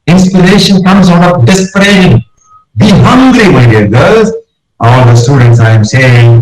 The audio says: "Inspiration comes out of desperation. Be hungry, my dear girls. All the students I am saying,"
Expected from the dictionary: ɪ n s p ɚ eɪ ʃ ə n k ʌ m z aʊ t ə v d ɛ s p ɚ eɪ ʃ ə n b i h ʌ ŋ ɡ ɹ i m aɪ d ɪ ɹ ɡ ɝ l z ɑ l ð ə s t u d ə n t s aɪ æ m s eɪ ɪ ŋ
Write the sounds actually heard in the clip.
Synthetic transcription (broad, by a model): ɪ n s p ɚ eɪ ʃ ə n k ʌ m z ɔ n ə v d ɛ s p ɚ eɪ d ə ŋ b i h ʌ ŋ ɡ ɹ i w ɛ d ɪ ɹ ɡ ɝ z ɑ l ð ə s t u d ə n t s aɪ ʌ m s eɪ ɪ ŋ